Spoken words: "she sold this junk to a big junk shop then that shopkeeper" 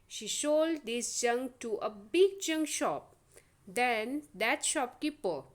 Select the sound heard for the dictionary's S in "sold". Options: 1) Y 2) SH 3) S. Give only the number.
2